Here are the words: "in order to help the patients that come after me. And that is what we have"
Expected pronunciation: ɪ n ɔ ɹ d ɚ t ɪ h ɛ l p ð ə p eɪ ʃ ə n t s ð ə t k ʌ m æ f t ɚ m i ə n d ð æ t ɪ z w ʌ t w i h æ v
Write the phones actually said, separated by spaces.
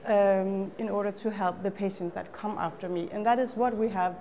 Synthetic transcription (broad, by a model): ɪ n ɔ ɹ d ɚ t ɪ h ɛ l p ð ə p eɪ ʃ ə n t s ð ə t k ʌ m æ f t ɚ m i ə n ð æ t ɪ z w ʌ t w i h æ v